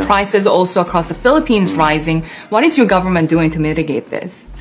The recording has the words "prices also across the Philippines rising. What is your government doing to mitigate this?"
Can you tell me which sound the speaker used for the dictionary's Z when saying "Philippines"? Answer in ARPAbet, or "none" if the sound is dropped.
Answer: Z